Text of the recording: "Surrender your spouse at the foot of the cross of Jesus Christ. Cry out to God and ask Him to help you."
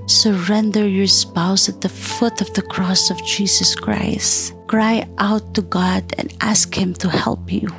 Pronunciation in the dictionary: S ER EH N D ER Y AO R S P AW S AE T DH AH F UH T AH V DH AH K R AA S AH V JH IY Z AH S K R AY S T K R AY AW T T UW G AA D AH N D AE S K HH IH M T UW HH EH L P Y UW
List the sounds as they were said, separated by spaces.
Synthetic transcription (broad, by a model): S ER EH N D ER Y AO R S P AW S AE T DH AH F UH T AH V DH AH K R AA S AH V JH IY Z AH S K R AY S T K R AY AW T T UW G AA D AH N D AE S K HH IH M T UW HH EH L P Y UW